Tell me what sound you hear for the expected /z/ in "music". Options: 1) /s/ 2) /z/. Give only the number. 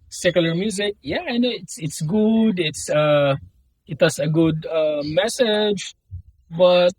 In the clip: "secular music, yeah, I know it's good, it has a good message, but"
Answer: 2